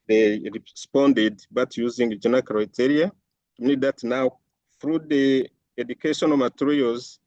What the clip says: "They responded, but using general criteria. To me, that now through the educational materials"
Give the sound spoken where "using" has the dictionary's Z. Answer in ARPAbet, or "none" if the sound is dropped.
Z